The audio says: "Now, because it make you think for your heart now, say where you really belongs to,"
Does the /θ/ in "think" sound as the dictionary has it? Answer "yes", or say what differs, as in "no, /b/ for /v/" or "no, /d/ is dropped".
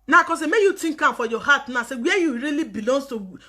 no, /t/ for /θ/